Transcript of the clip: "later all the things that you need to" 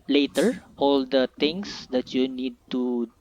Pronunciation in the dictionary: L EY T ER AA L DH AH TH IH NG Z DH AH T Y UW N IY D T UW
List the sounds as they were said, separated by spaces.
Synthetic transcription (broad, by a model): L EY T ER AA L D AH T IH NG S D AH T Y UW N IY D T UW